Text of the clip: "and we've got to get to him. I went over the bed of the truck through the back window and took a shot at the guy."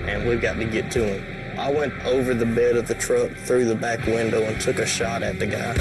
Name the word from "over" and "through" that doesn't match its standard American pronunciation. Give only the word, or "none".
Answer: none